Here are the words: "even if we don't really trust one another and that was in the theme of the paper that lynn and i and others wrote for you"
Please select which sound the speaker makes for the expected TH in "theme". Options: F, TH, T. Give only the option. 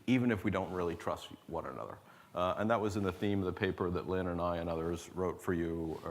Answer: TH